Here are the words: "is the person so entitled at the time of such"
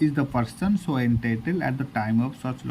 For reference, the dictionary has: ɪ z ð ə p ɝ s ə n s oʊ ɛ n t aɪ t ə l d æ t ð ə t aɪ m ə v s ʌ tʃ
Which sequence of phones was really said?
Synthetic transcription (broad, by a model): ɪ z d ə p ɝ s ə n s oʊ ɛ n t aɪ t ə l æ t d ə t aɪ m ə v s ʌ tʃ